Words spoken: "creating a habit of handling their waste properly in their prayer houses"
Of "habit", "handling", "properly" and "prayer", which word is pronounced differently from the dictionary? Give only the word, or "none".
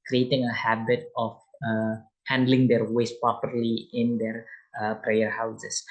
none